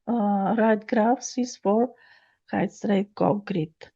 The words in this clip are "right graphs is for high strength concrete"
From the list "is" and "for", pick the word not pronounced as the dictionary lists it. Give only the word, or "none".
is